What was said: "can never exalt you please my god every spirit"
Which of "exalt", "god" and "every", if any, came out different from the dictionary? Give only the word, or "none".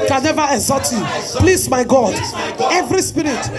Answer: exalt